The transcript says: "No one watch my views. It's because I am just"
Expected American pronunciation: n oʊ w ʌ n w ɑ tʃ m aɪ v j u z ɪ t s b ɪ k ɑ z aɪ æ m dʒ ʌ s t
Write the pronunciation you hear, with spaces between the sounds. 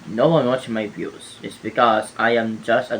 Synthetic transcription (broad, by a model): n oʊ w ʌ n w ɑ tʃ m aɪ b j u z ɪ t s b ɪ k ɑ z aɪ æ m dʒ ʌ s t